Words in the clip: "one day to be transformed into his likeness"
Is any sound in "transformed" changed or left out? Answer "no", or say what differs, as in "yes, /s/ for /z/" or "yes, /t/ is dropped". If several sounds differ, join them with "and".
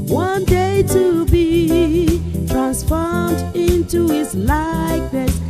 no